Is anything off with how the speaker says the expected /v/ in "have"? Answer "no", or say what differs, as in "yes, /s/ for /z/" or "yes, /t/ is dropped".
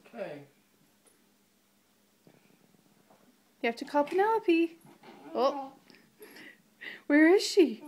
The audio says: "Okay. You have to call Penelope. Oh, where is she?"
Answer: yes, /f/ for /v/